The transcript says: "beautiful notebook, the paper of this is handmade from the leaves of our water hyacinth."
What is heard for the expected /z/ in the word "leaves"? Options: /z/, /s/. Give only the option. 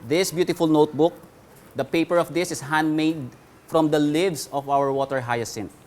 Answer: /s/